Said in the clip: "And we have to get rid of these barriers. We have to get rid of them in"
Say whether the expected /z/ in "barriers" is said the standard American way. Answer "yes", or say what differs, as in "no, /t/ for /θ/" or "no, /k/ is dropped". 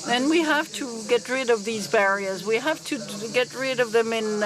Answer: yes